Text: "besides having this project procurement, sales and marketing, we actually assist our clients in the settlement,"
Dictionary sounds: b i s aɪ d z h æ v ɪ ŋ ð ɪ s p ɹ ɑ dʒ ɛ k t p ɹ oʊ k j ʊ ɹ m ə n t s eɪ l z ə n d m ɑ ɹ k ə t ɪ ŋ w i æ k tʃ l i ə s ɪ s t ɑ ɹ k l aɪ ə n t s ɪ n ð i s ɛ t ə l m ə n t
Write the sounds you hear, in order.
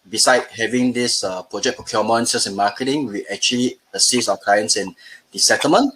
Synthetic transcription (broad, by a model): b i s aɪ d h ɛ v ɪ ŋ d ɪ s p ɹ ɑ dʒ ɛ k p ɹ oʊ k j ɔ m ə n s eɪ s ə n m ɑ k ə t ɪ ŋ w i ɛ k tʃ l i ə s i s ɑ k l aɪ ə n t s ɪ n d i s ɛ t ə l m ə n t